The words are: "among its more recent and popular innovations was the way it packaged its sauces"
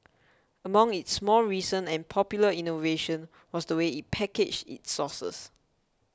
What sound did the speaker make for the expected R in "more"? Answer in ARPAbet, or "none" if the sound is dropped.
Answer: L